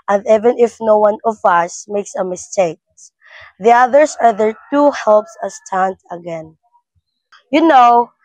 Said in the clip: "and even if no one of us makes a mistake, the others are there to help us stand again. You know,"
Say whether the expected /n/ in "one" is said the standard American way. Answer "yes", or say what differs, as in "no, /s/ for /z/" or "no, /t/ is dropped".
yes